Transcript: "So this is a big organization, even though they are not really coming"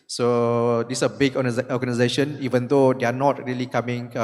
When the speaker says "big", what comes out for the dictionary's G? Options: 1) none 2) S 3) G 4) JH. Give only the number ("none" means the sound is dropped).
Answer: 1